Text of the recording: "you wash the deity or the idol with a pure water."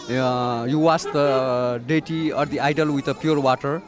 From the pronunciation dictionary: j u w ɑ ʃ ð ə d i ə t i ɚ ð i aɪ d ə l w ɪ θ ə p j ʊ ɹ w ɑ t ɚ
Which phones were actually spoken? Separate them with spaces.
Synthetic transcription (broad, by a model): j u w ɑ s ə d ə t i ɚ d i aɪ d ə l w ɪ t ə p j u ɹ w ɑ t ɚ